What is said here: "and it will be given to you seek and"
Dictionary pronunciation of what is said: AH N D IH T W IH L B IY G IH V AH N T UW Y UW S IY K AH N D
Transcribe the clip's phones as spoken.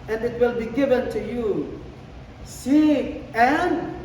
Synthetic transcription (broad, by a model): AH N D IH T W IH L B IY G IH V AH N T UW Y UW S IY AH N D